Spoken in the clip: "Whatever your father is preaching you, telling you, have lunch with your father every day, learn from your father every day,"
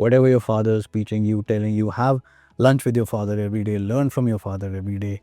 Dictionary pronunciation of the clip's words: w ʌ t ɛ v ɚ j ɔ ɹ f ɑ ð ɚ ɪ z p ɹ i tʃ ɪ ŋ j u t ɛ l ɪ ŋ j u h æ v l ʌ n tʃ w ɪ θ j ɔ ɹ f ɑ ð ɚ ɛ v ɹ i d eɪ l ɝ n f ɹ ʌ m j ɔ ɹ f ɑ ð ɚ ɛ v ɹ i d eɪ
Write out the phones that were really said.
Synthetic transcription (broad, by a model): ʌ t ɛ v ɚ j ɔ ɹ f ɑ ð ɚ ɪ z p i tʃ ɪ ŋ j u t ɛ l ɪ ŋ j u h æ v l ʌ n tʃ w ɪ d j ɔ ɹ f ɑ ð ɚ ɛ v ɹ i d eɪ l ɝ n f ɹ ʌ m j ɔ ɹ f ɑ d ɚ ɛ v ɹ i d eɪ